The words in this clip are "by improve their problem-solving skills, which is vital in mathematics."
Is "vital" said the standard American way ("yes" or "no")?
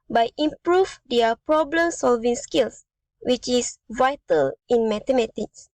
yes